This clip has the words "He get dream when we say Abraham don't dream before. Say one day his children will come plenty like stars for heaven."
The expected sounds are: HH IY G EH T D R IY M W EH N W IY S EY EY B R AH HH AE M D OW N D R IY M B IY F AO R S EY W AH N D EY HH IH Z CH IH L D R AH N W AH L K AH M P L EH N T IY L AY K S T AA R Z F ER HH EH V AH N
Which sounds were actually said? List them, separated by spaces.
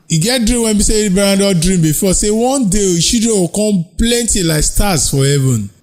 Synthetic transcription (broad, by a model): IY G EH T D R IY M W EH N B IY S EY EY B AH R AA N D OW D R IY M B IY F AO S EY W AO N D EY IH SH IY D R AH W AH K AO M P L EH N T IY L AY K S T AA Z F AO HH EH V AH N